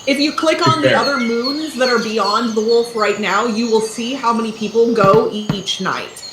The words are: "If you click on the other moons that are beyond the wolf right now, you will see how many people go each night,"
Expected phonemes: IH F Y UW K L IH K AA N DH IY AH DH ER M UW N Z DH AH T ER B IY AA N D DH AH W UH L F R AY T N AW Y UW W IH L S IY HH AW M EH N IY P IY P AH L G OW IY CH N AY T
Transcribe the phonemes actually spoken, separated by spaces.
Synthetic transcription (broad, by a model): IH F Y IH K L IH K N DH IY AH DH ER M UW N Z DH AH T ER B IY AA N DH AH W UH L F R AY T N AW Y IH W IH L S IY HH AW M EH N IY P IY P L G OW IY CH N AY T